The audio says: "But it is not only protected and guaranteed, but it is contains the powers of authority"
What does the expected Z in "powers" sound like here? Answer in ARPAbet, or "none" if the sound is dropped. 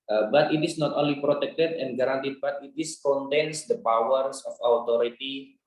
S